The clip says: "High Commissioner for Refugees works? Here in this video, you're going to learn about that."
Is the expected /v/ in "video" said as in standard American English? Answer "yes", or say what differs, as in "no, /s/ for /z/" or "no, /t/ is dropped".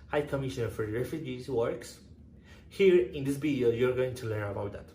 no, /b/ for /v/